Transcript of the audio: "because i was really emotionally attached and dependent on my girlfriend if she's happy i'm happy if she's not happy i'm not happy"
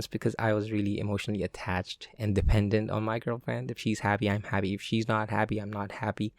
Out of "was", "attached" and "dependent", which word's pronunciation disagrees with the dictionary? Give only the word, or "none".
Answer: none